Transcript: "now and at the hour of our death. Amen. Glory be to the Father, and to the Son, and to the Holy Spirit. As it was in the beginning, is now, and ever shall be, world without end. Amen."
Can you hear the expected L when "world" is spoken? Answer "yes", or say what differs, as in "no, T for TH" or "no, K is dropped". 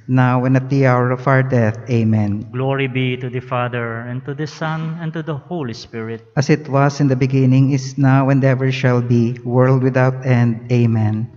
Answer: yes